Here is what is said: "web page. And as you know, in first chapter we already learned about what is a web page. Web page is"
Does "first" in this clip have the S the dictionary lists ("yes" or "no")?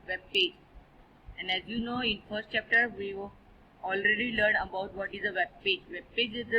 yes